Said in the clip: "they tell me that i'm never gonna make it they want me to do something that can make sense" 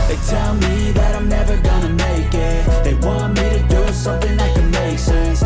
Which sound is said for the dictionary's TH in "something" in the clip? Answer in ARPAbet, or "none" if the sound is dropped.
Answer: TH